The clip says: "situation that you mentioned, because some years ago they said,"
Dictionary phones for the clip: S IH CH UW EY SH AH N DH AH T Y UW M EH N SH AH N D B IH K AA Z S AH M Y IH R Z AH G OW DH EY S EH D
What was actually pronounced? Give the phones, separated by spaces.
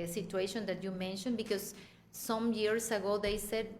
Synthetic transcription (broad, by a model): S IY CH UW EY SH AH N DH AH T Y UW M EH N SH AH N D B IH K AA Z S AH M Y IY R S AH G OW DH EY S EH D